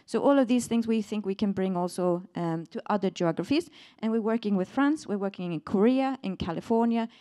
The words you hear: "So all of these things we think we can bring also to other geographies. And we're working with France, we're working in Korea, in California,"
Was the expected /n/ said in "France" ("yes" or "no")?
yes